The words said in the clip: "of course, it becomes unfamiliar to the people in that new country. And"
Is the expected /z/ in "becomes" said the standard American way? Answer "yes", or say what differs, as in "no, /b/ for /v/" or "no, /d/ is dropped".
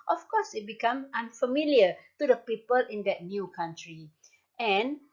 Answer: no, /z/ is dropped